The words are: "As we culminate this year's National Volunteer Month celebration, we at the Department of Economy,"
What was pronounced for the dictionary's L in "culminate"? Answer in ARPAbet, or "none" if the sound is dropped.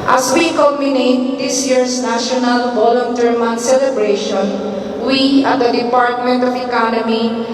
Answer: none